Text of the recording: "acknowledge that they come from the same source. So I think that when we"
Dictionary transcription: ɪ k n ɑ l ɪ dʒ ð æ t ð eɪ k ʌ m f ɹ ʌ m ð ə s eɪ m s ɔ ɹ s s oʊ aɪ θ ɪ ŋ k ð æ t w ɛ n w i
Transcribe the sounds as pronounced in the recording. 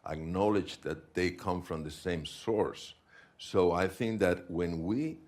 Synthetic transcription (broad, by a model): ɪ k n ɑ l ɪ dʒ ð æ t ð eɪ k ʌ m f ɹ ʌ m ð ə s eɪ m s ɔ ɹ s s oʊ aɪ θ ɪ ŋ k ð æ t w ɛ n w i